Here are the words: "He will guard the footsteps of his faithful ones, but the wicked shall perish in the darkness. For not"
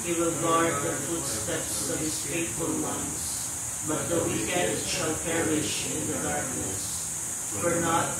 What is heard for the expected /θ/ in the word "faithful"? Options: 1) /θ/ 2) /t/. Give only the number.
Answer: 2